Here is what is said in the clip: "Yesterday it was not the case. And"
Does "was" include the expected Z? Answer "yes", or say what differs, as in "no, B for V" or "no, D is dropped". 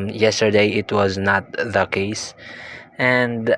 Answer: yes